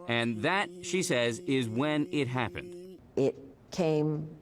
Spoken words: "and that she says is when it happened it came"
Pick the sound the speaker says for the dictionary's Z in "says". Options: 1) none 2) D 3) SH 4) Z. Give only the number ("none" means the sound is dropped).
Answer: 4